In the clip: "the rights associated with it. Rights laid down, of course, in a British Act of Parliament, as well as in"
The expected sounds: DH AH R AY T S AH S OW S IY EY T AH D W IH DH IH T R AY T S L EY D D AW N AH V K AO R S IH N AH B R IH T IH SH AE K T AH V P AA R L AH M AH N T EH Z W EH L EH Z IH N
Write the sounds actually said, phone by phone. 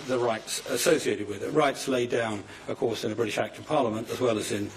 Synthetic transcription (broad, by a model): DH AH R AY T S AH S OW S IY EY T AH D W IH DH IH T R AY T S L EY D D AW N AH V K AO R S IH N AH B R IH T IH SH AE K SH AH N P AA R L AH M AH N T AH Z W EH L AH Z IH N